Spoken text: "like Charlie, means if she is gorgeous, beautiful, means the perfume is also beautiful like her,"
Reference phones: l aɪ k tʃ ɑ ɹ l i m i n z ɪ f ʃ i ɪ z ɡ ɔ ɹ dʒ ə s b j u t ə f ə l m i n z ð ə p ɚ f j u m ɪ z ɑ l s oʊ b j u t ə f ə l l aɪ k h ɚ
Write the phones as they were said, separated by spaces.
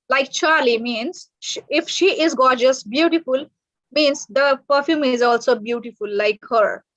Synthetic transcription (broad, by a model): l aɪ k tʃ ɑ ɹ l i m i n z ɪ f ʃ i ɪ z ɡ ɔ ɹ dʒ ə s b j u t ə f ə l m i n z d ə p ɚ f j u m ɪ z ɑ l s oʊ b j u t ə f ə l l aɪ k h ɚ